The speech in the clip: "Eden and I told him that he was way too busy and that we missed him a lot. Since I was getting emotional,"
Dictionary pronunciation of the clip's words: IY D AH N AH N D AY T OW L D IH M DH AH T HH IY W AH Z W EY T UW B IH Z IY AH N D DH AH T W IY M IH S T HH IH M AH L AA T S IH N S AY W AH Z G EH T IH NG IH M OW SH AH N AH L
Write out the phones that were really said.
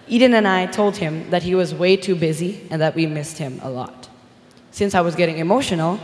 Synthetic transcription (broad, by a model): IY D N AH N AY T OW L D IH M DH AH T HH IY W AH Z W EY T UW B IH Z IY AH N DH AH T W IY M IH S T HH IH M AH L AA T S IH N S AY W AH Z G EH T IH NG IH M OW SH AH N L